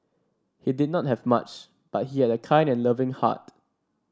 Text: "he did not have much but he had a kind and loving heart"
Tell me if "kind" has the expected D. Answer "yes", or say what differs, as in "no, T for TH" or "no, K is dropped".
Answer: yes